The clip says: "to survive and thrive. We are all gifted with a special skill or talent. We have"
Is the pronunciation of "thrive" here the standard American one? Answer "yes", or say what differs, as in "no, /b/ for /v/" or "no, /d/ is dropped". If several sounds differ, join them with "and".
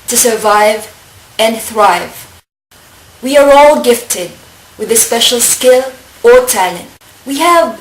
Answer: yes